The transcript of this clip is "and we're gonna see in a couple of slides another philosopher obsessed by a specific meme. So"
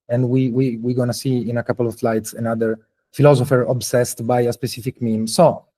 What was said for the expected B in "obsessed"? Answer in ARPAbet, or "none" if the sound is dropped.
B